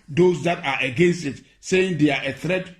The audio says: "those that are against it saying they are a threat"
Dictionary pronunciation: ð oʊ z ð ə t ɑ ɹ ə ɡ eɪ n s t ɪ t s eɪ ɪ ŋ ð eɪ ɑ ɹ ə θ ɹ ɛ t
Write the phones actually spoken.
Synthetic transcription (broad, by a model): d oʊ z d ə t ɑ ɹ ə ɡ eɪ n s t ɪ t s eɪ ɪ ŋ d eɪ ɑ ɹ ə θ ɹ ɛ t